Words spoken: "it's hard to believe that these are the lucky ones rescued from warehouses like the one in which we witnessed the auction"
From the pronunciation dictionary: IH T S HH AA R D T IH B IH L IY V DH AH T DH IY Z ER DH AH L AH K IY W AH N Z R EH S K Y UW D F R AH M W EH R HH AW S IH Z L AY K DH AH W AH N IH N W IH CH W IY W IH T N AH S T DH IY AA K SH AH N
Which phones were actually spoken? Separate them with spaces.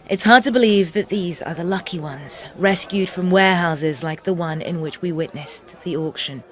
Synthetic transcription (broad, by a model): IH T S HH AA R D T IH B IH L IY V DH AH T DH IY Z ER DH AH L AH K IY W AH N Z R EH S K Y UW D F R AH M W EH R HH AW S IH Z L AY K DH AH W AH N IH N W IH CH W IY W IH T N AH S DH IY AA K SH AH N